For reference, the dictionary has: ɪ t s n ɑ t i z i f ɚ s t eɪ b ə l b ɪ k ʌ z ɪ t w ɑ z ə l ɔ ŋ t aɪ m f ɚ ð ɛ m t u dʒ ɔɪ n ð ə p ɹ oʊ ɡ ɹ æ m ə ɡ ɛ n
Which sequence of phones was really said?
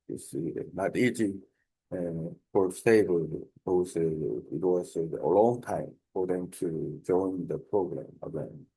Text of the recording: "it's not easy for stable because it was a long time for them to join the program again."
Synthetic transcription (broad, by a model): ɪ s n ɑ t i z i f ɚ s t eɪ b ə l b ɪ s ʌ ɪ t w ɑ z ə l ɔ ŋ t aɪ m f ɚ ð ɛ m t u dʒ ɔɪ n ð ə p ɹ oʊ ɡ ɹ æ m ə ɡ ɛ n